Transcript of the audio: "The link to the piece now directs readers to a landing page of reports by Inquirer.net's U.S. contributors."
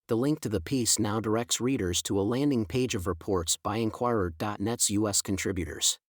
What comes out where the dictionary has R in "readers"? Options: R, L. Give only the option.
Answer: R